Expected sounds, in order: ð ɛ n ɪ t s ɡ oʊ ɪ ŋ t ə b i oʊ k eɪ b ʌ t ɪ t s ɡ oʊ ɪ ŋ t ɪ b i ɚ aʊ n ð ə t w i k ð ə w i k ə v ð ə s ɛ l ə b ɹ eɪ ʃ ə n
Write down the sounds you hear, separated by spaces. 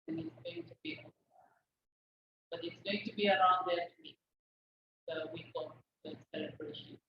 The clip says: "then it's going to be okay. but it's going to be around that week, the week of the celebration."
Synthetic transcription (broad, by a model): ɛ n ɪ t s ɡ oʊ ɪ ŋ t ə b i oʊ eɪ b ʌ t ɪ t s ɡ oʊ ɪ ŋ t ɪ b i ɚ aʊ n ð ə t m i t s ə w i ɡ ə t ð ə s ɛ l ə b ɹ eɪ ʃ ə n